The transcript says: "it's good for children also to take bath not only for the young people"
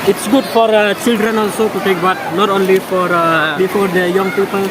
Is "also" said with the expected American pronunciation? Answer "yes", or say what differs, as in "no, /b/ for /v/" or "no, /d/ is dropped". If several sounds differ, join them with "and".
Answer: yes